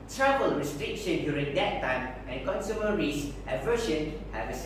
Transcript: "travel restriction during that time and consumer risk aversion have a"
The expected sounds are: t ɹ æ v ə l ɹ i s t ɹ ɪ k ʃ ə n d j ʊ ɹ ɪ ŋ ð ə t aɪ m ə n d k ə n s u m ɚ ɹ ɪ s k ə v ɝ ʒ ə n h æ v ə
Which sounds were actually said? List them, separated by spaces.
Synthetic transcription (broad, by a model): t ɹ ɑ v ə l ɹ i s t ɹ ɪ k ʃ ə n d j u ɹ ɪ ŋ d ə t aɪ m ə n k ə n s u m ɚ ɹ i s ə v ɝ ʃ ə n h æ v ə